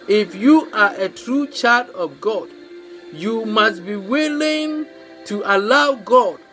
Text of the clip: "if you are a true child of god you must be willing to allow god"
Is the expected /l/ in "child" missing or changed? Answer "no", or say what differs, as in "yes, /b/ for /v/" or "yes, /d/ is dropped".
yes, /l/ is dropped